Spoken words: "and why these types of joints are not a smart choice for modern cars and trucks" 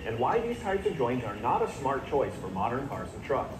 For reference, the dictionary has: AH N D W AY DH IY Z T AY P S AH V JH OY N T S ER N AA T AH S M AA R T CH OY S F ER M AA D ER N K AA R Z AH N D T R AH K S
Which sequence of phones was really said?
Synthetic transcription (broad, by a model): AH N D W AY DH IY Z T AY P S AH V JH OY N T ER N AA T AH S M AA R T CH OY S F ER M AA D ER N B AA R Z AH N T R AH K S